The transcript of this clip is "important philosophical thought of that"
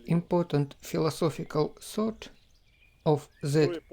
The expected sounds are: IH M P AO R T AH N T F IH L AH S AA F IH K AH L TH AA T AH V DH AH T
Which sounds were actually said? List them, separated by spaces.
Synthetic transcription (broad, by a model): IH M P AO R T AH N T F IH L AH S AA F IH K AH L S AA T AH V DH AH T